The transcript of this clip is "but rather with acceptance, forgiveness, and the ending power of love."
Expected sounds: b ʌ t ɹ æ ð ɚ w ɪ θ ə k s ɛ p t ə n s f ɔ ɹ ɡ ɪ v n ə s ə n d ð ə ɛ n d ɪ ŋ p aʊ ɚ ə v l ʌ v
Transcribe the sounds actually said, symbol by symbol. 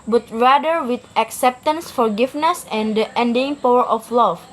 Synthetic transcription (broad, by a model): b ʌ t ɹ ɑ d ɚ w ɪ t ə k s ɛ p t ə n s f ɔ ɹ ɡ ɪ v n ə s ə n d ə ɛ n d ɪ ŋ p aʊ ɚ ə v l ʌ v